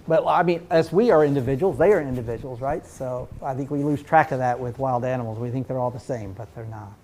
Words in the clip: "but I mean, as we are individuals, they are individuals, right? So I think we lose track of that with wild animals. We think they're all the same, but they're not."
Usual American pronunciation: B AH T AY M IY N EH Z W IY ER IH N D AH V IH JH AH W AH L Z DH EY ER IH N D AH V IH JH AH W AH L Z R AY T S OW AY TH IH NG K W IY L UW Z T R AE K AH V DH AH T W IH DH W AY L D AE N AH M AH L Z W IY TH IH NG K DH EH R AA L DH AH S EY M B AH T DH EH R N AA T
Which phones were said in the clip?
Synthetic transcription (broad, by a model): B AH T AY M IY N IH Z W IY ER IH N D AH V IH JH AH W L Z DH EY ER IH N D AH V IH JH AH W L Z R AY T S OW AY TH IH NG K W IY L UW Z T R AE K AH V DH AH T W IH DH W AY L D AE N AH M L Z W IY TH IH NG K DH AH R AA L DH AH S EY M B AH T DH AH R N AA T